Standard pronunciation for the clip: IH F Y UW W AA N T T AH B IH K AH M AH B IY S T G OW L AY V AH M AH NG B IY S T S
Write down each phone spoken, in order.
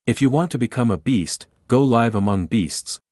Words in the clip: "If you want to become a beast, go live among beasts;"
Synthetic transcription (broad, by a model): IH F Y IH W AA N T T AH B IH K AH M AH B IY S T G OW L AY V AH M AH NG B IY S T S